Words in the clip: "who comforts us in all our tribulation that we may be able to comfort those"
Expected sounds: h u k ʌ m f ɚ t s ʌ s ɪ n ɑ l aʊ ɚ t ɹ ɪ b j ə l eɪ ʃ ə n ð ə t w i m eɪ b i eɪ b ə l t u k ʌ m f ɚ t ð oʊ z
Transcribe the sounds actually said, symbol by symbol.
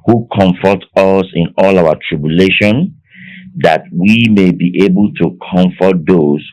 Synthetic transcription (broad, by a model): h u k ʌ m f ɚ t ʌ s ɪ n ɑ l aʊ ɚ t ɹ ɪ b j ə l eɪ ʃ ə n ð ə t w i m eɪ b i eɪ b ə l t u k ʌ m f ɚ t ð oʊ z